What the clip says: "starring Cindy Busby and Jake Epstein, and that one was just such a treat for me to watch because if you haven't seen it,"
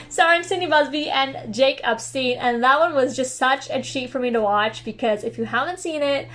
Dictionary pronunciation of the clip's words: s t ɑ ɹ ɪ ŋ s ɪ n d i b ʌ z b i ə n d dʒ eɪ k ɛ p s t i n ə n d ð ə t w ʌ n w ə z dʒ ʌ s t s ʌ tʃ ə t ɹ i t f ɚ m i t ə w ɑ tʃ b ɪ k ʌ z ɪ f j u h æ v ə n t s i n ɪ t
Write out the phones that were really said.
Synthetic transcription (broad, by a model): s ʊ ɑ ɪ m s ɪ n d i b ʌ z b i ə n dʒ eɪ k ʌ p s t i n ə n ð ə t w ʌ n w ə z dʒ ʌ s t s ʌ tʃ ə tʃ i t f ɚ m i t ə w ɑ tʃ b ɪ k ʌ z ɪ f j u h æ v ə n t s i n ɪ t